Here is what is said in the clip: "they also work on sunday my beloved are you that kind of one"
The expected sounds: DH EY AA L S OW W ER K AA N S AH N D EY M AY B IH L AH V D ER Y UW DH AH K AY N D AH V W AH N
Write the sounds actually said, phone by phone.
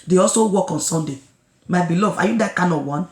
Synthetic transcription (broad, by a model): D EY AA L S OW W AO K AA N S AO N D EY M AY B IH L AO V AA Y UW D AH K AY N AH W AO N